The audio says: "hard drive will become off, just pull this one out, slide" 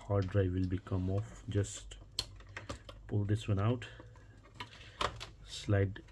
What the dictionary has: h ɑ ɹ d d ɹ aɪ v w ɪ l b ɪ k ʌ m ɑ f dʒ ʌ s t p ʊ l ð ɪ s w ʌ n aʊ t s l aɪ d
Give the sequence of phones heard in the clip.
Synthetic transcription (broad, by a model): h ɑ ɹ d d ɹ aɪ v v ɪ l b ɪ k ʌ m ɑ f dʒ ʌ s t p ʊ l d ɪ s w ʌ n aʊ t s l aɪ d